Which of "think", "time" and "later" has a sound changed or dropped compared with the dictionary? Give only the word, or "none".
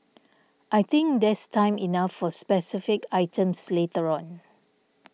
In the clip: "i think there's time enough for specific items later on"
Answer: think